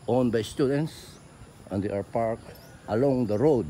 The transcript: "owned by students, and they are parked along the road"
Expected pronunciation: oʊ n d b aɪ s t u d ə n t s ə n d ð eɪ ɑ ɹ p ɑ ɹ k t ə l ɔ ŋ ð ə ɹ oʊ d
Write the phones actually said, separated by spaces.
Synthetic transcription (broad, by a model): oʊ n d b aɪ s t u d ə n t s ə n d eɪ ɑ ɹ p ɑ ɹ k t ə l ɔ ŋ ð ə ɹ oʊ d